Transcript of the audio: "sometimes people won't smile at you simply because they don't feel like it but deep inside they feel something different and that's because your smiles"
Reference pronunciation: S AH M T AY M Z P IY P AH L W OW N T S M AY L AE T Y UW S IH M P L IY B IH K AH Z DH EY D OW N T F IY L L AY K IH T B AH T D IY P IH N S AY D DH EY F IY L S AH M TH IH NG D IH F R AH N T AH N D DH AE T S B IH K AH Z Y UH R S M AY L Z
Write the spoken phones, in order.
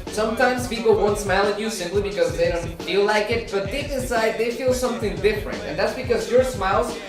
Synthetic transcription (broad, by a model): S AH M T AY M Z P IY P L W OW N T S M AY L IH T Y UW S IH M P L IY B IH K AH Z DH EY D OW N T F IY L L AY K IH T B AH T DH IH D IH S AY D DH EY F IY L S AH M TH IH NG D IH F R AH N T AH N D DH AE T S B IH K AH Z Y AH R S M AY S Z